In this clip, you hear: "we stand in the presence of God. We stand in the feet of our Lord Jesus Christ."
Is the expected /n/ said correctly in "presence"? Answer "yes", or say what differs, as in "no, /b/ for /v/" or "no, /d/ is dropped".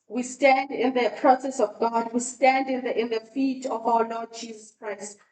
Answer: no, /n/ is dropped